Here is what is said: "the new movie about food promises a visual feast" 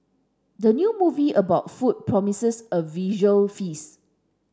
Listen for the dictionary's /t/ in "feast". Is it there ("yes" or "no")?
no